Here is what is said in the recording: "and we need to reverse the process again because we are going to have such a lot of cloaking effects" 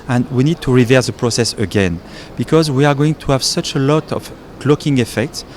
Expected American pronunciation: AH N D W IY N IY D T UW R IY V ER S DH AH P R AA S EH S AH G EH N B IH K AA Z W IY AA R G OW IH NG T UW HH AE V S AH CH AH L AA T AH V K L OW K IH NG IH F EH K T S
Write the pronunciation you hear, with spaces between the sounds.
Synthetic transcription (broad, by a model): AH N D W IY N IY D T UW R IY V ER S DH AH P R AA S EH S AH G EH N B IH K AA Z W IY AA R G OW IH NG T UW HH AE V S AH CH AH L AA T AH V K L OW K IH NG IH F EH K T S